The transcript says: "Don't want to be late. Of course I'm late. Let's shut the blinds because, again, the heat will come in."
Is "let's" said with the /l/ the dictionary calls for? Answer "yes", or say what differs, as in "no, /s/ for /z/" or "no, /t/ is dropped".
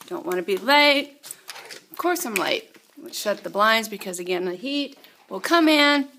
no, /w/ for /l/